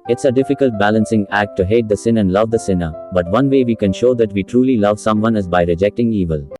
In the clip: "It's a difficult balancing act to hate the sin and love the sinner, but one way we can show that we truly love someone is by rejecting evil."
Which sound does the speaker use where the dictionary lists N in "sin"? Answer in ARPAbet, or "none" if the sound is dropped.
N